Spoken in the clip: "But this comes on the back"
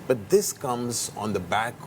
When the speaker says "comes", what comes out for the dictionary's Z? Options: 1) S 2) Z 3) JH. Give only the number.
2